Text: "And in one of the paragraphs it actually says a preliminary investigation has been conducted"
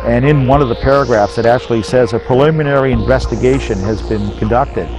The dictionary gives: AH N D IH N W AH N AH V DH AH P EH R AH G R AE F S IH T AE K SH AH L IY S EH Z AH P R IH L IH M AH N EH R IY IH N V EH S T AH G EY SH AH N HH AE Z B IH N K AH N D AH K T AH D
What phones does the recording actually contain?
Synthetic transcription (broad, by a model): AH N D IH N W AH N AH V DH AH P EH R AH G R AE F S IH T AE K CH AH L IY S EH Z AH P R IH L IH M AH N EH R IY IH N V EH S T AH G EY SH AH N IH Z B IH N K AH N D AH K T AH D